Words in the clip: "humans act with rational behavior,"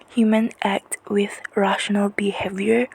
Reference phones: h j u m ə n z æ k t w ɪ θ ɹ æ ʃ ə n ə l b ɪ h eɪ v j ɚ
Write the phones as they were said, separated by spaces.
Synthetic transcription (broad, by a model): h j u m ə n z æ k t w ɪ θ ɹ æ ʃ ə n ə l b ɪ h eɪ v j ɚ